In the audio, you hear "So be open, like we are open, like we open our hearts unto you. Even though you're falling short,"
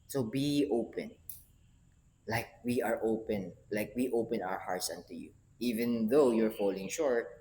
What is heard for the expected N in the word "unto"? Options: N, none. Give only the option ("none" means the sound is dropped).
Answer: N